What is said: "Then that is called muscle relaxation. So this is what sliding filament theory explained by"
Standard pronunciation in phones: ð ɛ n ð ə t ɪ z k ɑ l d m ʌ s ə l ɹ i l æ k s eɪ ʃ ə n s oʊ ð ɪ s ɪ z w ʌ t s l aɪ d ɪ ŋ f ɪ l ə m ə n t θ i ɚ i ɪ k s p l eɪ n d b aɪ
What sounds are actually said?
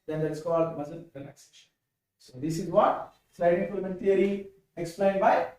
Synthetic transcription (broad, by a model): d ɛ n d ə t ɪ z k ɑ l d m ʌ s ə n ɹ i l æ k s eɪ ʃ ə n s oʊ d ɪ s ɪ z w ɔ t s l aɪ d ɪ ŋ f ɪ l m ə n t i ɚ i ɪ k s p l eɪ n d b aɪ